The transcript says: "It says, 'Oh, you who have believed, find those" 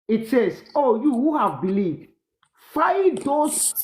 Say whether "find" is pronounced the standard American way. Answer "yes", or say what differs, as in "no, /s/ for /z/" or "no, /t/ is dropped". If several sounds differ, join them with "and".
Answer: no, /n/ is dropped